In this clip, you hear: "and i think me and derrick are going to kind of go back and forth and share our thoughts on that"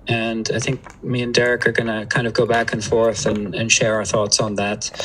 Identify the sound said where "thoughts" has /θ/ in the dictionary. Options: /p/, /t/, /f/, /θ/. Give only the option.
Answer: /θ/